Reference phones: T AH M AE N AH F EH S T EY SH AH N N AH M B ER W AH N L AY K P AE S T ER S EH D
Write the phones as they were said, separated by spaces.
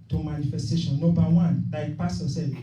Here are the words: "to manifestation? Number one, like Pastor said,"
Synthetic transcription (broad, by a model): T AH M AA N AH F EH S T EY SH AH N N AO B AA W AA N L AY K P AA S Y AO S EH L